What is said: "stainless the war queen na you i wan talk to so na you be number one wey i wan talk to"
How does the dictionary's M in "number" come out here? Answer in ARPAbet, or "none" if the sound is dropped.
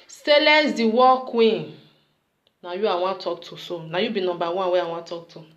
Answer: none